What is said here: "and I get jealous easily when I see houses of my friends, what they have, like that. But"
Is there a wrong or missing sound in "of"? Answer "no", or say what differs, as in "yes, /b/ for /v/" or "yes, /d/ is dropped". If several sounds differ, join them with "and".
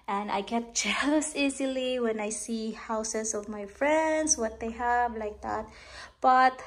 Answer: no